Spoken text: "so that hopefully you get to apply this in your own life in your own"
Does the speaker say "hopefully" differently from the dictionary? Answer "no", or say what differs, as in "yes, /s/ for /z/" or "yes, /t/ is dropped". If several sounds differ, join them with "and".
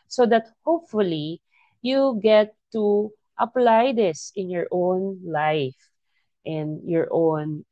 no